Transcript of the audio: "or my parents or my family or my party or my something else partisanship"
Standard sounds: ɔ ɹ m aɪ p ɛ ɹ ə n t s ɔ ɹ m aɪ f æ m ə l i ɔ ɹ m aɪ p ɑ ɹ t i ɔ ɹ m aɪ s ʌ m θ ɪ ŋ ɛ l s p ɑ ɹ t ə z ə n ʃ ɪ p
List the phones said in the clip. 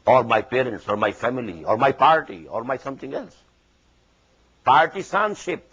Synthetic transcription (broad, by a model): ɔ ɹ m aɪ p ɛ ɹ ə n t s ɔ ɹ m aɪ f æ m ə l i ɔ ɹ m aɪ p ɑ ɹ t i ɔ ɹ m aɪ s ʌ m t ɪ ŋ ɛ l s p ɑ ɹ t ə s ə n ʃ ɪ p